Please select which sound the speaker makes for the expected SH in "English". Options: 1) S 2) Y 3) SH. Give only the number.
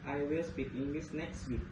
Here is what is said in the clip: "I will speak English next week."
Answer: 1